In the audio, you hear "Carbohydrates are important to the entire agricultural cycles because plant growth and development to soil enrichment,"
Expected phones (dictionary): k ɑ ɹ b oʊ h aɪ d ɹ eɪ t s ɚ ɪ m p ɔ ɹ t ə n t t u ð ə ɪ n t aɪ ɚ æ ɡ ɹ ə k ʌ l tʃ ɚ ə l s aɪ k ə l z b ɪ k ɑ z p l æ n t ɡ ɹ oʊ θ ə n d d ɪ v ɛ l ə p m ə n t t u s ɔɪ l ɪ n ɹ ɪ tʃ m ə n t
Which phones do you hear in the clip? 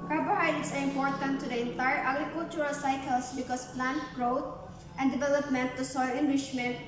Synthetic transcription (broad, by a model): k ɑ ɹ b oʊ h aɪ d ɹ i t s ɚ ɪ m p ɔ ɹ t ə n t t u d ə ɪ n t aɪ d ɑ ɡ ɹ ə k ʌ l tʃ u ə l s aɪ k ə l s b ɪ k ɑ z p l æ n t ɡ ɹ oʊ t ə n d d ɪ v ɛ l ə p m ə n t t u s ɔɪ l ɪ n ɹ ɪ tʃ m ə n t